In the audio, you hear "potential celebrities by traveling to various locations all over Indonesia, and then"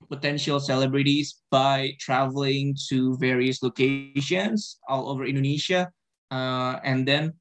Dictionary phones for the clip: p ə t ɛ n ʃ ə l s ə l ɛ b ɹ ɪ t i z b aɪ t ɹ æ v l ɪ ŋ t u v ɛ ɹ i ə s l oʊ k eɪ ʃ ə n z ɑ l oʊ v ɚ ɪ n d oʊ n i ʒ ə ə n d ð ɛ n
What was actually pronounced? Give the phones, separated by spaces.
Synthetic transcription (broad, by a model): p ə t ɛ n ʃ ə l s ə l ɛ b ɹ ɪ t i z b aɪ t ɹ æ v l ɪ ŋ t u v ɛ ɹ i ə s l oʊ k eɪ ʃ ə n s ɑ l oʊ v ɚ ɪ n d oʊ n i ʃ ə ə n d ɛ n